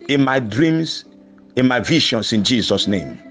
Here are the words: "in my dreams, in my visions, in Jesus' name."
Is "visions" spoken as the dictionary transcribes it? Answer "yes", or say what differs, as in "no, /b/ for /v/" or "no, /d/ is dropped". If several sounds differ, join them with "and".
no, /ʃ/ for /ʒ/ and /s/ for /z/